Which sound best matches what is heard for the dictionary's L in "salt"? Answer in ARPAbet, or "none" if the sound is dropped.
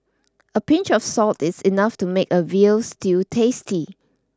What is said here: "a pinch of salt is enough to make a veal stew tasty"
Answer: L